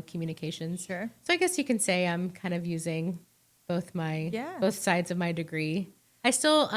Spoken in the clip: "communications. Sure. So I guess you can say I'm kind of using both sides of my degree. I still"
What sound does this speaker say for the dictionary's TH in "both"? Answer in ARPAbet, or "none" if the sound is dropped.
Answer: TH